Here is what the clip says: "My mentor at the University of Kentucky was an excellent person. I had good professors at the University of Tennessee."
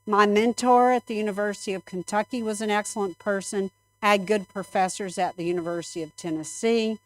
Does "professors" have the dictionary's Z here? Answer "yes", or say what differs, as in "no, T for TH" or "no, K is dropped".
yes